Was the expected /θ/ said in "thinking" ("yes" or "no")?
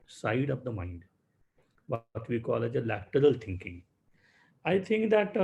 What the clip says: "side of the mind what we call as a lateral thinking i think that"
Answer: no